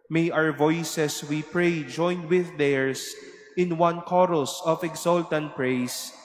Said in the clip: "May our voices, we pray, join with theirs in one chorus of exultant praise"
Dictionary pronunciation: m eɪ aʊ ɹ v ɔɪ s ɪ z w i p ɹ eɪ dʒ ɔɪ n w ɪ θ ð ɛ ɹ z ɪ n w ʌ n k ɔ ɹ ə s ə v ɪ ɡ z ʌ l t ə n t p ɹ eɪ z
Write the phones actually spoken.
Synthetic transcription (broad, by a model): m eɪ aʊ ɹ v ɔɪ s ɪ s w i p ɹ eɪ dʒ ɔɪ n w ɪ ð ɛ ɹ s ɪ n w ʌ n k ɔ ɹ ə s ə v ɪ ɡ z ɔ l t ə n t p ɹ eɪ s